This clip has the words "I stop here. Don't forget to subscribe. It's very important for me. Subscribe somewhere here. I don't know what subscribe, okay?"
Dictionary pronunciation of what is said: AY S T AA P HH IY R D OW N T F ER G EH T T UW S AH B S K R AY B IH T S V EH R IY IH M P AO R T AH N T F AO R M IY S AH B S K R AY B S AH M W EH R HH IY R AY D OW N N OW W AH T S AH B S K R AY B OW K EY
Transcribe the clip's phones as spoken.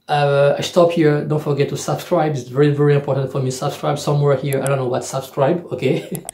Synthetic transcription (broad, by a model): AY S T AA P HH IY R D OW N T F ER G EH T T UW S AH B S K R AY B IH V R V EH R IY IH M P AO R T AH N T F AO R M IY S AH B S K R AY B S AH M W EH R HH IY R AY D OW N N OW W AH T S AH B S K R AY B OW K EY